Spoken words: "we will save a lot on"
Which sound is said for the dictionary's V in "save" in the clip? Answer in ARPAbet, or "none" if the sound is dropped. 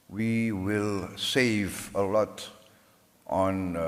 V